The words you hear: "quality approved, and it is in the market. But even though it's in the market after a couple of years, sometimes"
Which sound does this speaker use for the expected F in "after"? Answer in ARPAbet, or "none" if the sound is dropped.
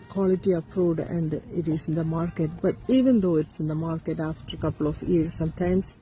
F